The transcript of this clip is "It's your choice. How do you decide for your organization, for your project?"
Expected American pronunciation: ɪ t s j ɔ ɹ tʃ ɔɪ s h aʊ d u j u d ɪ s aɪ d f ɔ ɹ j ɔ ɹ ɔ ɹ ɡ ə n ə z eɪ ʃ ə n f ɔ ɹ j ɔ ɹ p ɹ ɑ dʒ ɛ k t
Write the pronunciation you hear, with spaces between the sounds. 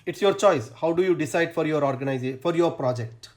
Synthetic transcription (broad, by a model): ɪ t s j ɔ ɹ tʃ ɔɪ s h aʊ d u j u d ɪ s aɪ d f ɔ ɹ j ɔ ɹ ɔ ɹ ɡ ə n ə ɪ ə f ɔ ɹ j ɔ ɹ p ɹ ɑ dʒ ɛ k t